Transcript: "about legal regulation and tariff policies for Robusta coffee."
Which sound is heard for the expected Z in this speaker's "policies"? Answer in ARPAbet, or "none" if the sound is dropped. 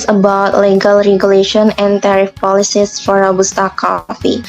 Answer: S